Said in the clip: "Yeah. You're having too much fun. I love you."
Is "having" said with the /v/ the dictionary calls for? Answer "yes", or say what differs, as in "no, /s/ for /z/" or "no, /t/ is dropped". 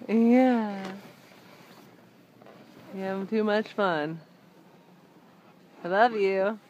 no, /v/ is dropped